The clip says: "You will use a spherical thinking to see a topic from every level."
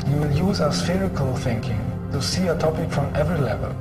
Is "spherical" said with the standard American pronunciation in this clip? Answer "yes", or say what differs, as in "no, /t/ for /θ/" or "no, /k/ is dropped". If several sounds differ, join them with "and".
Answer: yes